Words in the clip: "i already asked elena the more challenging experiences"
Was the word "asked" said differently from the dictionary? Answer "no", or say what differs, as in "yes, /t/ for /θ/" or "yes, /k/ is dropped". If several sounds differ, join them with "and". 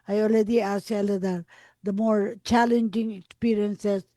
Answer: yes, /t/ is dropped